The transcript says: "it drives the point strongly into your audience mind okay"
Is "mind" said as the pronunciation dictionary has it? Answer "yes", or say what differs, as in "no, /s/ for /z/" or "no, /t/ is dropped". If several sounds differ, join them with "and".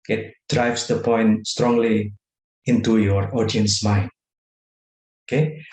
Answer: no, /d/ is dropped